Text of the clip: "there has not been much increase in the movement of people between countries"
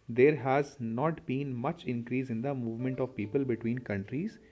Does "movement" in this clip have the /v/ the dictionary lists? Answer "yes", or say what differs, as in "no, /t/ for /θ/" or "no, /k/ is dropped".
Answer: yes